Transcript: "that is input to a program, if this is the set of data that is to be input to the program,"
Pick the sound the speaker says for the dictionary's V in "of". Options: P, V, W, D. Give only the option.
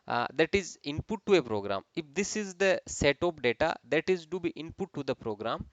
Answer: P